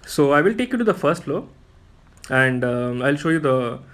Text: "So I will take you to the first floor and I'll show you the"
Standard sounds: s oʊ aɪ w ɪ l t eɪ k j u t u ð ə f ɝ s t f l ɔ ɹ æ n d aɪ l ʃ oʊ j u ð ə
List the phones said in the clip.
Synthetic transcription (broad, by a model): s oʊ aɪ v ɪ l t eɪ k j u t u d ə f ɝ s t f l ɔ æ n d aɪ l ʃ oʊ j u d ə